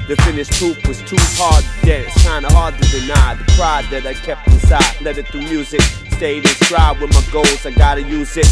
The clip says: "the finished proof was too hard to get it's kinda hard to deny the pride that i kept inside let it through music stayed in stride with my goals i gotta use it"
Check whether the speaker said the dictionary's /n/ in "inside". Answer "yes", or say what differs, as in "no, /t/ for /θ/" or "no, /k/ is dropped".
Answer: no, /n/ is dropped